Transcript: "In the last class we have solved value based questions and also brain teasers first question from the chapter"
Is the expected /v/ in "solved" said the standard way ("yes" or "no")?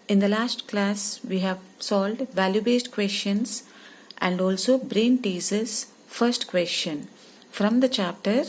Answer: no